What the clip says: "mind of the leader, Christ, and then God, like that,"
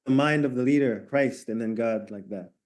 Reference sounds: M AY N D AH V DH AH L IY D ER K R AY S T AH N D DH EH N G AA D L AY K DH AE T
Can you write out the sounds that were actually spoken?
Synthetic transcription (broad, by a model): M AY N D AH V DH AH L IY D ER K R AY S T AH N DH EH N G AA D L AY K DH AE T